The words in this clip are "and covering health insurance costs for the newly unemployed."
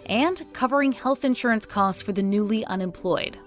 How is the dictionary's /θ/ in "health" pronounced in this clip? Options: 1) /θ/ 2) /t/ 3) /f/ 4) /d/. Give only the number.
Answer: 1